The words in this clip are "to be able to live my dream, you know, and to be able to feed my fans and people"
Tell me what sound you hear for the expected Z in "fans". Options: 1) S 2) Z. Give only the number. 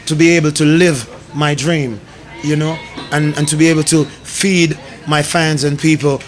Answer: 2